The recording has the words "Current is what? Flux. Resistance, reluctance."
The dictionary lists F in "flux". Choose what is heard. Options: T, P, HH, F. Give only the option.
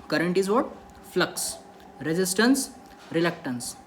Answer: F